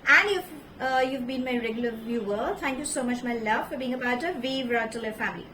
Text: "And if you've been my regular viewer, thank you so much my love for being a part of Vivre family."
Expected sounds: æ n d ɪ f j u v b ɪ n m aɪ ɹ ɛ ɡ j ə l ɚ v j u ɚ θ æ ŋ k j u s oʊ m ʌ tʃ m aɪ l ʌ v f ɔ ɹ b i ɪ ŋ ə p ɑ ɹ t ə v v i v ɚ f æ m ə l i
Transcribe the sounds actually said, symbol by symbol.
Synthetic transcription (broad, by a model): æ n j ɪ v j u v b ɪ n m aɪ ɹ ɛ ɡ j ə l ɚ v j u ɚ t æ ŋ k j u s oʊ m ʌ tʃ m aɪ l ʌ v f ɔ ɹ b i ɪ ŋ ə b ɑ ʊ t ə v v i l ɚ f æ m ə l i